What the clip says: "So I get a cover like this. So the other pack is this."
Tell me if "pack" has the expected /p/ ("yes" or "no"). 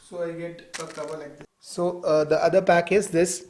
yes